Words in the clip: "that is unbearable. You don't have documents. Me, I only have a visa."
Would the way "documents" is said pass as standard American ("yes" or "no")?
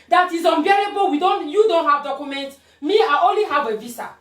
no